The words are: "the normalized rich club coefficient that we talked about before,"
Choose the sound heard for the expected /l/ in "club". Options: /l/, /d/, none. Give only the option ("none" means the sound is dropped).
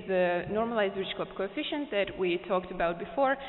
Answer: none